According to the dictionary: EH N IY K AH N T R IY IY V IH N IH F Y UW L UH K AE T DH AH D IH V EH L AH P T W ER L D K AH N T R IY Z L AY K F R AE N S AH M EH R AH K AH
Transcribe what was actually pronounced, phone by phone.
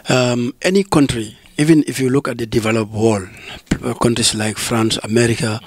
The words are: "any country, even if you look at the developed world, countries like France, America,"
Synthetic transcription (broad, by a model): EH N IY K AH N T R IY IY V IH N IH F Y UW L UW K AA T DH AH D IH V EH L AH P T W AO L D K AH N T R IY S L AY K F R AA N S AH M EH R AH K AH